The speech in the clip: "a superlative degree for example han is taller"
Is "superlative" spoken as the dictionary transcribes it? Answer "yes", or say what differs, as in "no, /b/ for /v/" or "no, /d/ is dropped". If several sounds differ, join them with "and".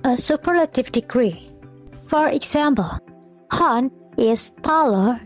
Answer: yes